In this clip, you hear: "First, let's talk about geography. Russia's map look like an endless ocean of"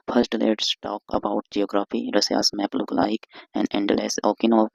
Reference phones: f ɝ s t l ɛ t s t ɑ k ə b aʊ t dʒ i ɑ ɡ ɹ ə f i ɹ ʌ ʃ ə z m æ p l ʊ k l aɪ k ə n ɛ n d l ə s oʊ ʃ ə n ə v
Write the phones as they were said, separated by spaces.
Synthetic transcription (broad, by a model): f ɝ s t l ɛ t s t ɑ k ə b aʊ t dʒ i ɑ ɡ ɹ ə f i ɹ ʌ s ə s m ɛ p l ʊ k l aɪ k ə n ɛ n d l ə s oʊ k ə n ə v